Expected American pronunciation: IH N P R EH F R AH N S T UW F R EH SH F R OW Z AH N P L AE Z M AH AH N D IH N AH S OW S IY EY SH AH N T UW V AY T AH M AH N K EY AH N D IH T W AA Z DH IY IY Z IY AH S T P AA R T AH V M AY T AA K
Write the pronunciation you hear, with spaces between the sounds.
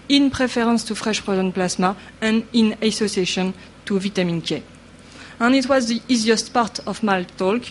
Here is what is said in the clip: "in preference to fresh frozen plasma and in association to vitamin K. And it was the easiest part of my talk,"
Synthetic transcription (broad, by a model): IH N P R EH F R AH N S T UW F R EH SH P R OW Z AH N P L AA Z M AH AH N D IH N AH S OW S IY EY SH AH N T UW V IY T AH M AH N K EY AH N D IH T W AA Z DH IY IY Z IY AH S T P AA R T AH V M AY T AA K